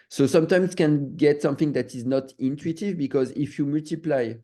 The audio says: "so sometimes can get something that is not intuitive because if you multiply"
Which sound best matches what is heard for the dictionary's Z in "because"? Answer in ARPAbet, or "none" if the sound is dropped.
Z